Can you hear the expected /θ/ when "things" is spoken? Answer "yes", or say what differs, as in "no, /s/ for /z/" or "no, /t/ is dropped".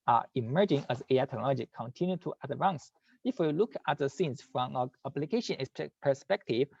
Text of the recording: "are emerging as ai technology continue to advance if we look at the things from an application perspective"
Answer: no, /s/ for /θ/